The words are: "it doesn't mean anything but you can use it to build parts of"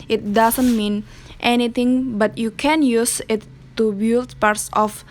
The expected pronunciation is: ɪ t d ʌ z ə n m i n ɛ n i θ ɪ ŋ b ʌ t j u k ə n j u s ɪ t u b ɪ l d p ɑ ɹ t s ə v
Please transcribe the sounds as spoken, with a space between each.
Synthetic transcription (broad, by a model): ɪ t d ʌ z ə n m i n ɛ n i t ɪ ŋ b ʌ t j u k ə n j u s ɪ t u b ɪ l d p ɑ ɹ t s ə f